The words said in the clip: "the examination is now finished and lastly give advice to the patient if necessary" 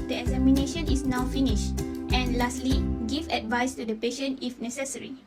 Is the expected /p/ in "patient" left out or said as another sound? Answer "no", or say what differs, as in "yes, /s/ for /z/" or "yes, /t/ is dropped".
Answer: no